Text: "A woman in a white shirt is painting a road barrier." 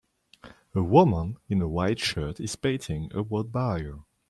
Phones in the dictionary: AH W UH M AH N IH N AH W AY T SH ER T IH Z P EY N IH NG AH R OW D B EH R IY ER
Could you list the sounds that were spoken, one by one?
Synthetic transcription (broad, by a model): AH W UH M AH N IH N AH W AY T SH ER T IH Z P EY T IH NG AH W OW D B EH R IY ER